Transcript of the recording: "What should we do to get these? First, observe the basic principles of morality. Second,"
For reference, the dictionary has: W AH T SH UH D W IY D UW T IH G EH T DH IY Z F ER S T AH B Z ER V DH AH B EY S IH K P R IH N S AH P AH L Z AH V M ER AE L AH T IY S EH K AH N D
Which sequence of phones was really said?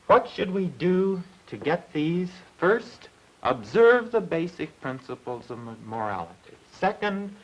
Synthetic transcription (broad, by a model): W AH T SH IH D W IY D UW T IH G EH T DH IY Z F ER S T AH B Z ER V DH AH B EY S IH K P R IH N S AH P L Z AH V M ER AE L AH T IY S EH K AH N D